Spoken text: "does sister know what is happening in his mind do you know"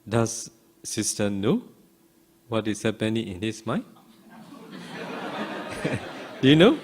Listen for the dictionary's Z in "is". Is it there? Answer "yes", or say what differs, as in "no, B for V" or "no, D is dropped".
no, S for Z